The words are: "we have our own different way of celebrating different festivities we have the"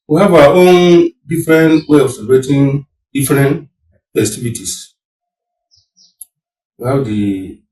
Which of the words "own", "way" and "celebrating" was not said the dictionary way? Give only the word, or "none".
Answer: celebrating